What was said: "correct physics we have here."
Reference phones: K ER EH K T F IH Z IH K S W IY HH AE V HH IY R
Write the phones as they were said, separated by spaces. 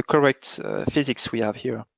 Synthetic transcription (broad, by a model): K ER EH K T F IH Z IH K S W IY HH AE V HH IY R